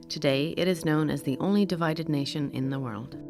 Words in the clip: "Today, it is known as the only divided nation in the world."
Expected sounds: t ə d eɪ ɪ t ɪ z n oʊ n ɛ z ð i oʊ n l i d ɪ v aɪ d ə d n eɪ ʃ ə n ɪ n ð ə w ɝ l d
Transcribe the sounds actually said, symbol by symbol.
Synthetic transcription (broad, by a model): t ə d eɪ ɪ t ɪ z n oʊ n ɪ z ð i oʊ n l i d ɪ v aɪ d ə d n eɪ ʃ ə n ɪ n ð ə w ɝ l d